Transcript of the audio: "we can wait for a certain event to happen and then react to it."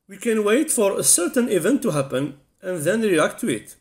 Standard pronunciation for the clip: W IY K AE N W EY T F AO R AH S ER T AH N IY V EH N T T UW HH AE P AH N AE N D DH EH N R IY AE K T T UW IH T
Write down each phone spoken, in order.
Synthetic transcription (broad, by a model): W IY K AE N W EY T F AO R AH S ER T AH N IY V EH N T T UW HH AE P AH N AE N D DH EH N R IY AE K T T UW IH T